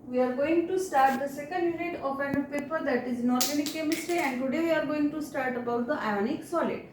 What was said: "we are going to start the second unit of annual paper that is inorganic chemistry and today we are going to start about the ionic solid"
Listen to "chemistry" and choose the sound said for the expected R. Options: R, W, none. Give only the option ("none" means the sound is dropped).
R